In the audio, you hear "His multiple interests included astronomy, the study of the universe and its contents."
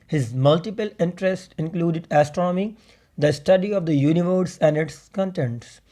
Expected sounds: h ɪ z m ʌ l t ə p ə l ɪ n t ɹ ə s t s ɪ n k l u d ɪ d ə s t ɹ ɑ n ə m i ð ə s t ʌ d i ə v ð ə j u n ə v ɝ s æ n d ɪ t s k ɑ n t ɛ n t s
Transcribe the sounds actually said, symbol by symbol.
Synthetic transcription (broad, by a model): h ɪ z m ʌ l t ə p ə l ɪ n t ɹ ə s t ɪ n k l u d ɪ d ə s t ɹ ɑ n ə m i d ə s t ʌ d i ə v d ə j u n ə v ɝ s æ n d ɪ t s k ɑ n t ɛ n t s